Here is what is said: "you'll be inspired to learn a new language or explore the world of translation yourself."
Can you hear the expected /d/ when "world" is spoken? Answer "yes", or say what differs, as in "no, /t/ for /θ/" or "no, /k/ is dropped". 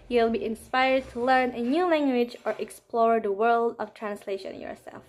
yes